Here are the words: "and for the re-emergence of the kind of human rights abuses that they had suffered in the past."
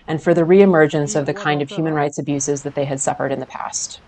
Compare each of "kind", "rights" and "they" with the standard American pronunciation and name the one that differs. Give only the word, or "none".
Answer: none